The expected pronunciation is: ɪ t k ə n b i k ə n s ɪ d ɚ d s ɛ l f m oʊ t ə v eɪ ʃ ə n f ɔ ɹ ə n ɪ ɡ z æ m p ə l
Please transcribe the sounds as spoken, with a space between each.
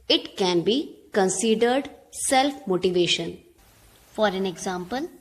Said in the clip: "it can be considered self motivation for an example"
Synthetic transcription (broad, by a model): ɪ t k ə n b i k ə n s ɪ d ɚ d s ɛ l f m oʊ t ə v eɪ ʃ ə n f ɔ ɹ ə n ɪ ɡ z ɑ m p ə l